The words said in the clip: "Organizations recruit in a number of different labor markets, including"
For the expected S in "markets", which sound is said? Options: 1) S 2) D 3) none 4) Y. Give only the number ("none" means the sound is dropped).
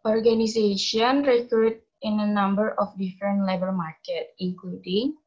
3